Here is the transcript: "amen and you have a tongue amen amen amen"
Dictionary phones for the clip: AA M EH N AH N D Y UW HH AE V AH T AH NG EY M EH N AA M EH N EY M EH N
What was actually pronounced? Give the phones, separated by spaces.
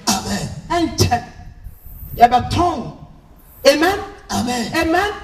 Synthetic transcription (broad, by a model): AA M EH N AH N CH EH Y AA B AH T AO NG EY M EH N AA M EH N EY M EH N